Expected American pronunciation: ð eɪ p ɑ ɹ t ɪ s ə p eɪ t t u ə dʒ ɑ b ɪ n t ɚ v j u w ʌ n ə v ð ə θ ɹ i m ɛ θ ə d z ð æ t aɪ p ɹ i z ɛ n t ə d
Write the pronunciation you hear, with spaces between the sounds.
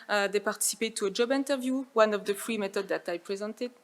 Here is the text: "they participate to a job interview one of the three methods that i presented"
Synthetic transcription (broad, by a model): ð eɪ p ɑ ɹ t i s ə p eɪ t t u ə dʒ ɑ b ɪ n t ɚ v j u w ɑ n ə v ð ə f ɹ i m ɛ t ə d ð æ t aɪ p ɹ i z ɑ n t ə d